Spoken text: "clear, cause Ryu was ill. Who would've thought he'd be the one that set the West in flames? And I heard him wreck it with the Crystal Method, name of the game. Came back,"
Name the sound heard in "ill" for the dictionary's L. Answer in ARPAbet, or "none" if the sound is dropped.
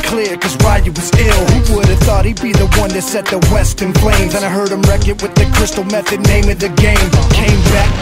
L